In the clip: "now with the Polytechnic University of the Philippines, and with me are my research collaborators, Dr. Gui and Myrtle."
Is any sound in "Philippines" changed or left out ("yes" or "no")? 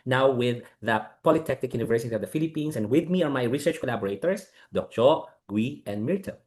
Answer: yes